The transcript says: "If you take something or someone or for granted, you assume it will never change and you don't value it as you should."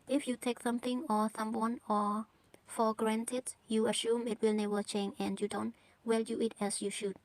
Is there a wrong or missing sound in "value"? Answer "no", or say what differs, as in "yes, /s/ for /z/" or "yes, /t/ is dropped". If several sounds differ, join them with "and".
yes, /w/ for /v/